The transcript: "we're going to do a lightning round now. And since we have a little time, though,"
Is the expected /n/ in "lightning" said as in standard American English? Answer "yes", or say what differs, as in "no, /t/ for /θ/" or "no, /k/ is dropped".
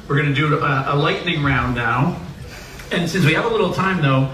yes